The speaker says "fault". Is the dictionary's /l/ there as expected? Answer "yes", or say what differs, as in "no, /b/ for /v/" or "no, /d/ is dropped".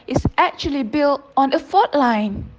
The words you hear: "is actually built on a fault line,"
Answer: no, /l/ is dropped